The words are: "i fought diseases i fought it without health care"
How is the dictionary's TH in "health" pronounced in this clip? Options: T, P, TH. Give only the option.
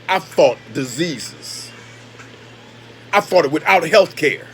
TH